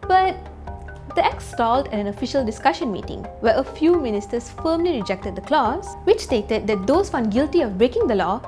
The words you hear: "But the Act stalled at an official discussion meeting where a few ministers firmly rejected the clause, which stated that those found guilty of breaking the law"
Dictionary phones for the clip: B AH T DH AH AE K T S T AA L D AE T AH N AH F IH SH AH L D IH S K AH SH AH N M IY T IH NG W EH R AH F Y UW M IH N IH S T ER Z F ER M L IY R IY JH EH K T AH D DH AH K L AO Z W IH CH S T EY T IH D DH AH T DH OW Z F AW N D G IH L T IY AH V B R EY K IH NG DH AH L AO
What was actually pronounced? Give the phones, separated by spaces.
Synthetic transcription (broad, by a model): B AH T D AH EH K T S T AA L D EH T AH N AH F IH SH AH L D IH S K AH SH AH N M IY T IH NG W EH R AH F Y UW M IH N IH S T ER S F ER M L IY R IY JH EH K T AH D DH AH K L AO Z W IH CH S T EY T IH D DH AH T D OW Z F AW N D G IH L T IY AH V B R EY K IH NG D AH L AO